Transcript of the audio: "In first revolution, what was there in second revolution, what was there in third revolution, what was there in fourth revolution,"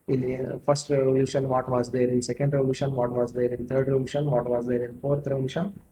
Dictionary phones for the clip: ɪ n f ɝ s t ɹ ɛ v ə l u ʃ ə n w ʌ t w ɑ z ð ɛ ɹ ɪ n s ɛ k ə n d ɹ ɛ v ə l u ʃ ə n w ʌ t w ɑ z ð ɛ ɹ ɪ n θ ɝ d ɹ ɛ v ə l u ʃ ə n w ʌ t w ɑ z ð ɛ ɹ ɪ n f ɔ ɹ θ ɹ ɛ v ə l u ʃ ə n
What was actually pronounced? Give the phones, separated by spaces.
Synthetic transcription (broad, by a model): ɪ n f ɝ s t ɹ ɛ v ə l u ʃ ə n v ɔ t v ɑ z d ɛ ɹ ɪ n s ɛ k ə n d ɹ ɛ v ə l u ʃ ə n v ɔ t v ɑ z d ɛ ɹ ɪ n t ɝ d ɹ ɛ v ə l u ʃ ə n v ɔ t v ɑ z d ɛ ɹ ɪ n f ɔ ɹ t ɹ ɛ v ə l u ʃ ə n